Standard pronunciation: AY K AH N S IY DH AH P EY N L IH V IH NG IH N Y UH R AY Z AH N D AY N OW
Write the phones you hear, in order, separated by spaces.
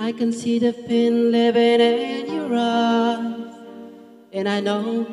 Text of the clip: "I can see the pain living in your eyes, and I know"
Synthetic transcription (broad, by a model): AY K AH N S IY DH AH F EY N L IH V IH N IH N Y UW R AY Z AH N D AY N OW